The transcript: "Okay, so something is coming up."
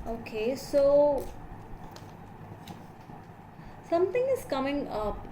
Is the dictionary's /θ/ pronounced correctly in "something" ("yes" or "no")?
no